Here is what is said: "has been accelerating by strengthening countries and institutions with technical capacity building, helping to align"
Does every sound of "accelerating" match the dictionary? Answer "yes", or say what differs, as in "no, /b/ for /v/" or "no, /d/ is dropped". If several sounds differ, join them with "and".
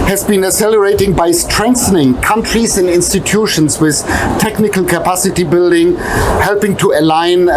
no, /k/ is dropped